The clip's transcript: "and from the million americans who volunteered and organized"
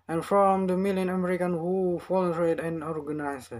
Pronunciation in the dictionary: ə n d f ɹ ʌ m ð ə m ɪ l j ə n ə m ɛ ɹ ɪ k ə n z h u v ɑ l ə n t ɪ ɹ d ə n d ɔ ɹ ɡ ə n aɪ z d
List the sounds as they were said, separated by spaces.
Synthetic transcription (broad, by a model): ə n f ɹ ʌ m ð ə m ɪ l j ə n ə m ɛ ɹ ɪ k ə n h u f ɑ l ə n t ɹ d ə n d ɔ ɹ ɡ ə n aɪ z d